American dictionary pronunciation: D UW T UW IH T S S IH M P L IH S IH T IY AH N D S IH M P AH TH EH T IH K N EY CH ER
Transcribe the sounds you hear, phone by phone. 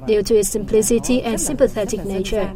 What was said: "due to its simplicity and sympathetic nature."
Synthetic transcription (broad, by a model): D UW T UW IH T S S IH M P L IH S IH T IY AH N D S IH M P AH TH EH T IH K N EY CH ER